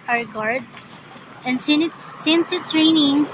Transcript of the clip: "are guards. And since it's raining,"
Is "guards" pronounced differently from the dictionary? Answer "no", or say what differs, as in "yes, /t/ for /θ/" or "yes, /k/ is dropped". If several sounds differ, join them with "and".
yes, /z/ is dropped